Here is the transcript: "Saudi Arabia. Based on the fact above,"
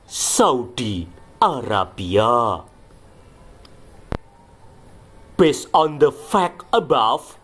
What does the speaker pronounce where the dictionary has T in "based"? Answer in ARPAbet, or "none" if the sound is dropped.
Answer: none